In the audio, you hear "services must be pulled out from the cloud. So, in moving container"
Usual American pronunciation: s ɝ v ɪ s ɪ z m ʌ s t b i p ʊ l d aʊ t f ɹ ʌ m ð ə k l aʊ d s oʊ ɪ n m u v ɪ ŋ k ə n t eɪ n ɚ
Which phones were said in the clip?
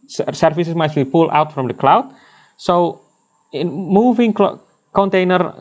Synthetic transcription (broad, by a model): s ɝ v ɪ s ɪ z m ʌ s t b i p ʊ l aʊ t f ɹ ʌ m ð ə k l aʊ d s oʊ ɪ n m u v ɪ ŋ k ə n t eɪ n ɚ